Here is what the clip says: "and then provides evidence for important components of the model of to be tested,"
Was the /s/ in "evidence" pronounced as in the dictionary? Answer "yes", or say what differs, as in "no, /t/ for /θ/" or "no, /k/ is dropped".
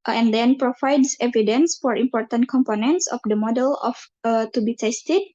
yes